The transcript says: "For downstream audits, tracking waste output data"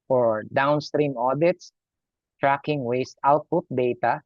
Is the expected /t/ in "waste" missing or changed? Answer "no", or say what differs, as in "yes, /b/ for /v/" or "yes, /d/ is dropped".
no